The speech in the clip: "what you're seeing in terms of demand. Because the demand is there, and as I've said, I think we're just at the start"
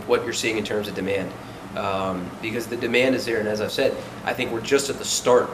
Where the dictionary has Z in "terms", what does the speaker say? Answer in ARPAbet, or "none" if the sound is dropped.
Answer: Z